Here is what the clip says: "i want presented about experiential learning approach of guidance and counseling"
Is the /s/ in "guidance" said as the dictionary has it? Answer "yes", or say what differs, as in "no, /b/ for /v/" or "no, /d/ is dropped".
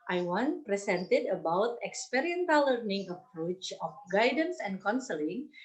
yes